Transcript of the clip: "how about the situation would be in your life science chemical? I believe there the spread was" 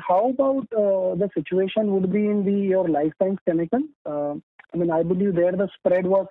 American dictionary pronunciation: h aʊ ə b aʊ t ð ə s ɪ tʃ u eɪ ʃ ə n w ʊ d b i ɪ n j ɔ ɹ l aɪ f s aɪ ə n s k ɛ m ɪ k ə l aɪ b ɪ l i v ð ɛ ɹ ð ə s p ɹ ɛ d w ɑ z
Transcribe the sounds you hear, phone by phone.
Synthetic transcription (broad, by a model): h aʊ ə b aʊ t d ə s ɪ tʃ u eɪ ʃ ə n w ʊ d b i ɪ n j ɔ ɹ l aɪ f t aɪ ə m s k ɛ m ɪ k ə n aɪ b ɪ l i v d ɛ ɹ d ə s p ɹ ɛ d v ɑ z